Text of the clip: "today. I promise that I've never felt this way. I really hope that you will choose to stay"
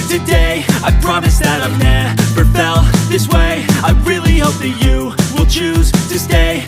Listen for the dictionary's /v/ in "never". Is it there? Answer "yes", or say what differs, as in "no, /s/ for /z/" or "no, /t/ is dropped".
no, /b/ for /v/